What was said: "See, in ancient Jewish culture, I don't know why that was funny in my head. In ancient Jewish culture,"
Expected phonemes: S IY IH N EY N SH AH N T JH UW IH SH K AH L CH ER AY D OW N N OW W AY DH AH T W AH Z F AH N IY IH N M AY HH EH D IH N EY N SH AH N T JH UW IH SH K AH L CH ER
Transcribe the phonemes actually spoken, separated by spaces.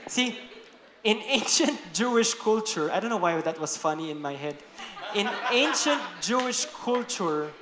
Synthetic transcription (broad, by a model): S IY IH N EY N SH AH N T JH UW IH SH K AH L CH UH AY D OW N N OW W AY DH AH T W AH S F AH N IY IH N M AY HH EH D IH N EY N SH AH N T JH UW IH SH K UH L CH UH